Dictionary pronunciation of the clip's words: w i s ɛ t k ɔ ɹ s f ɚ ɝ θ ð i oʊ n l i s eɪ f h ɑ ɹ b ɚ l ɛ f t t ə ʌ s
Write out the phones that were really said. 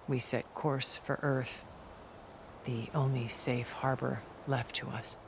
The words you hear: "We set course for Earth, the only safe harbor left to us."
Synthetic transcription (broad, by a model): w i s ɛ t k ɔ ɹ s f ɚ ɝ θ ð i oʊ n l i s eɪ f h ɑ ɹ b ɚ l ɛ f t t ə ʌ s